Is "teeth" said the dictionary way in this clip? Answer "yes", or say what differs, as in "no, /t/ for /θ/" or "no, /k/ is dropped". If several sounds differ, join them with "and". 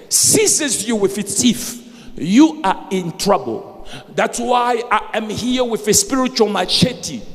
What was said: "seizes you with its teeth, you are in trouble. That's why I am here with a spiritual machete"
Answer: no, /f/ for /θ/